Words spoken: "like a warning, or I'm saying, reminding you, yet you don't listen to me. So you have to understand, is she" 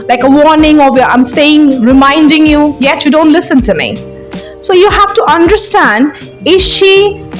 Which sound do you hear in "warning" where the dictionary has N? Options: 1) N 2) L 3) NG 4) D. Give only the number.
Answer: 1